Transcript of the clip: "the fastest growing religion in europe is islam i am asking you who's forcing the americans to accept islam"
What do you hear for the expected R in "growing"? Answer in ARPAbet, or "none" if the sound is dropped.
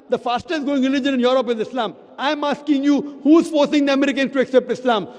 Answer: none